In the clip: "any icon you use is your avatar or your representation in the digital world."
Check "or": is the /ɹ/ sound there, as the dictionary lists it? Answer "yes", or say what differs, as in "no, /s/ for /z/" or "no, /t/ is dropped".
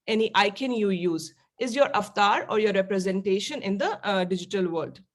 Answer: yes